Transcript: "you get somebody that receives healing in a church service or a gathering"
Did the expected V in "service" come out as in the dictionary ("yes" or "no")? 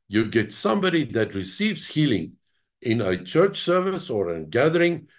yes